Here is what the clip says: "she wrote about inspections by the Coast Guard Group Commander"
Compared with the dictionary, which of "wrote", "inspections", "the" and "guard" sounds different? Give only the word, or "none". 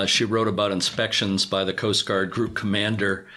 none